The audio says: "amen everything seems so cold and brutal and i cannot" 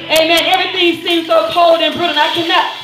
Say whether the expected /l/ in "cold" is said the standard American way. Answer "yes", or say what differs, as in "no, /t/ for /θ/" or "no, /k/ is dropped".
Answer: yes